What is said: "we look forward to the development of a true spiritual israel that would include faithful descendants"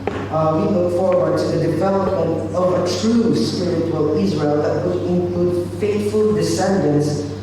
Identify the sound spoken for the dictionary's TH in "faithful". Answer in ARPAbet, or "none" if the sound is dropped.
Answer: T